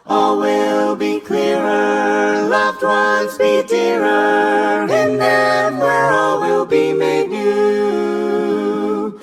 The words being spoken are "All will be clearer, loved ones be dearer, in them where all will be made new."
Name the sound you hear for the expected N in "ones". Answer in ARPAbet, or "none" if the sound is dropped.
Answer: none